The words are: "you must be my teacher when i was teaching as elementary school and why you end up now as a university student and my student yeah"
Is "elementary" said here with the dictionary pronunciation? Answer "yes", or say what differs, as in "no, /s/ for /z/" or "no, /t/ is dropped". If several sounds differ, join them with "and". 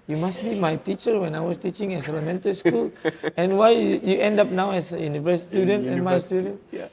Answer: no, /ɹ/ is dropped